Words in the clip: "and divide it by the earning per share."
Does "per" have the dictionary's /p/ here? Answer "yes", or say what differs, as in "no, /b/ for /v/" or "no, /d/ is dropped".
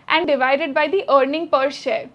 yes